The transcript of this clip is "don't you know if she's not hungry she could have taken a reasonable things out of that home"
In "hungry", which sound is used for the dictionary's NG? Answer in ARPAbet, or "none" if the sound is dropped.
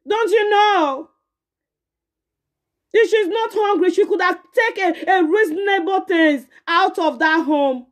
NG